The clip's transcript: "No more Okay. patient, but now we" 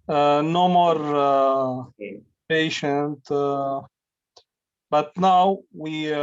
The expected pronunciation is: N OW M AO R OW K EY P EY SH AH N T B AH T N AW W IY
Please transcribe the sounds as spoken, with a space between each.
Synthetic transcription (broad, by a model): N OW M AO R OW P EY SH AH N T B AH T N AW W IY